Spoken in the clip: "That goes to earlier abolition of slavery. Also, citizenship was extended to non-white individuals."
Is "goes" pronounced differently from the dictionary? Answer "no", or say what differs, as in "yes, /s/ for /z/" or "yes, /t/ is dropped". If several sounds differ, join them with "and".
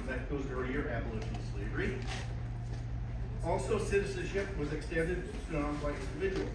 no